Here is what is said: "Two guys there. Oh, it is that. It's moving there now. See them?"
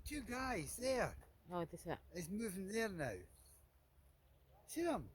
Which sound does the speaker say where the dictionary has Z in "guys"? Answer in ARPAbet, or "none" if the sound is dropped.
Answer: Z